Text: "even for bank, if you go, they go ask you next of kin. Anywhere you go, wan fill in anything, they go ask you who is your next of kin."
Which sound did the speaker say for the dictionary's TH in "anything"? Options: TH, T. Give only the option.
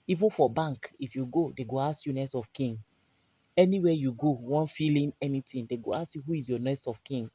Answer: T